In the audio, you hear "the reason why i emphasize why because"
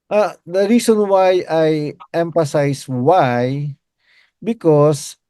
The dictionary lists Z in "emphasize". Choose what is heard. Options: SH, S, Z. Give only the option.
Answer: S